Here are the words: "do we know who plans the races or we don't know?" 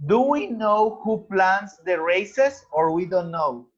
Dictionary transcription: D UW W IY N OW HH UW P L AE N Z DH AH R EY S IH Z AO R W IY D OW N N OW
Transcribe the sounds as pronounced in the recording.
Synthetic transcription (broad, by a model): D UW W IY N OW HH UW P L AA N S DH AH R EY S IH S AO R W IY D OW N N OW